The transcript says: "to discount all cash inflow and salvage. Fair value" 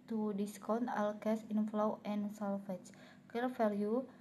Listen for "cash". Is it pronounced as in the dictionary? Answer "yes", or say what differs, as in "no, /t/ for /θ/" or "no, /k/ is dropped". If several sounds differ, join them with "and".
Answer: no, /s/ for /ʃ/